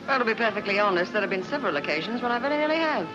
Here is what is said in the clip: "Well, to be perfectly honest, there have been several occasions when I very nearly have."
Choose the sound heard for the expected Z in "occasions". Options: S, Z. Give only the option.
Z